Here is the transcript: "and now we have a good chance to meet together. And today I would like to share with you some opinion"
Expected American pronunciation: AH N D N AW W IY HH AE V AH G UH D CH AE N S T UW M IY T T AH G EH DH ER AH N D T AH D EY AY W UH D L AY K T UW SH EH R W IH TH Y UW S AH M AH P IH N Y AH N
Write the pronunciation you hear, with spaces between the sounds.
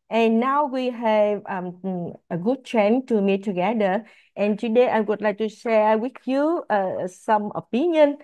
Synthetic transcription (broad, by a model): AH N N AW W IY HH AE V AH G UH D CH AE N T UW M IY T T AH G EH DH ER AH N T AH D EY AY W UH D L AY K T UW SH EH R W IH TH Y UW S AH M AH P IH N Y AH N